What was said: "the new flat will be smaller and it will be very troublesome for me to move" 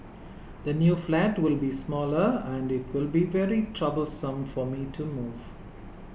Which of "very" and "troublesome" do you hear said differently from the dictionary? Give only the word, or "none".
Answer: none